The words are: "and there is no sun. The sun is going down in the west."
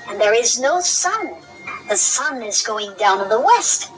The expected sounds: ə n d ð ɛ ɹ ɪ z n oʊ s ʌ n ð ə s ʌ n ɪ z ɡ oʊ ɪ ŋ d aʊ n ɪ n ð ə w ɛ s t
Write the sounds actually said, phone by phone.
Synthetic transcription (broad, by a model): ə n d ð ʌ ɹ ɪ z n oʊ s ʌ n ð ə s ʌ n ɪ z ɡ oʊ ɪ ŋ d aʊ ɪ n ð ə w ɛ s t